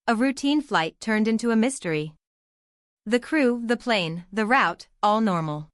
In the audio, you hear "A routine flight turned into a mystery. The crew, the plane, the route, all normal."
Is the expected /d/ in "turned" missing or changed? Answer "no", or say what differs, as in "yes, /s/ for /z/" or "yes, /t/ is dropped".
no